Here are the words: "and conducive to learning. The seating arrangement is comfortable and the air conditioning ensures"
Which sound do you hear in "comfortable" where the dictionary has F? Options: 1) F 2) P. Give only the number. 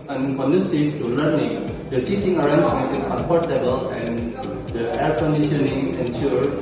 2